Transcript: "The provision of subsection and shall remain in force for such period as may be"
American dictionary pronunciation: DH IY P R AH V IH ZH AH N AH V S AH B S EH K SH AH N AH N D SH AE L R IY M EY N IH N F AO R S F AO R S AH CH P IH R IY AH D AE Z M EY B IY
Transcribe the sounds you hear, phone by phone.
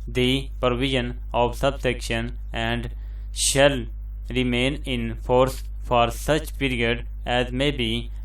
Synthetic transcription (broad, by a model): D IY P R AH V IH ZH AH N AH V S AH B S EH K SH AH N AH N D SH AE L R IY M EY N IH N F AO R S F AO R S AH CH P IH R IY AH D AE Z M EY B IY